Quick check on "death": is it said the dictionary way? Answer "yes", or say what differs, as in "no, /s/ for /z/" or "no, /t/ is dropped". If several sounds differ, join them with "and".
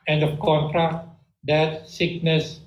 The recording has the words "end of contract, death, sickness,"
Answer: no, /t/ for /θ/